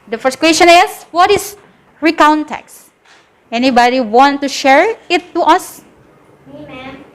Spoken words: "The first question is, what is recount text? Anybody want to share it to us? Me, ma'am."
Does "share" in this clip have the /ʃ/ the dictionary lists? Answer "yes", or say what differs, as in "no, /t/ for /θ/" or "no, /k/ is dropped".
yes